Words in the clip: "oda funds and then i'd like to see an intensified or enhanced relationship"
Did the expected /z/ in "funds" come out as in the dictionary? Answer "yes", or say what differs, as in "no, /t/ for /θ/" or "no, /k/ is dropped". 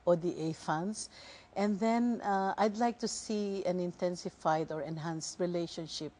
no, /s/ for /z/